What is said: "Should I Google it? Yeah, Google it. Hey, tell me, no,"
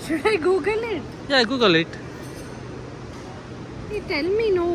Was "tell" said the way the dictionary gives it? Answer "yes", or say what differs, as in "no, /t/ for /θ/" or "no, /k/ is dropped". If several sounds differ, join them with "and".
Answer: no, /n/ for /l/